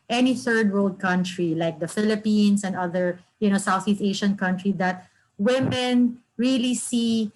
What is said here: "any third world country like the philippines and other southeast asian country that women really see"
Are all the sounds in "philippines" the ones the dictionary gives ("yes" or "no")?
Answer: no